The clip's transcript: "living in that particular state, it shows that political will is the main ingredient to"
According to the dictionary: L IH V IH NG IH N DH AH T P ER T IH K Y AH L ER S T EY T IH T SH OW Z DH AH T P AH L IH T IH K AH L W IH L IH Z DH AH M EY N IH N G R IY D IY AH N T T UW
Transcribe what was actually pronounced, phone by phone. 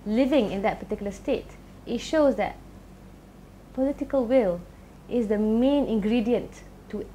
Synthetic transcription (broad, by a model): L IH V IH NG IH N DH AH T P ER T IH K Y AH L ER S T EY T IH T SH OW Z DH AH T P AH L IH T IH K AH L W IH L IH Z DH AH M EY N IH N G R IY D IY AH N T T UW